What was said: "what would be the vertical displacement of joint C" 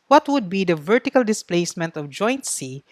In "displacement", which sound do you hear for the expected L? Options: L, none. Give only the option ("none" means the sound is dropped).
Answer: L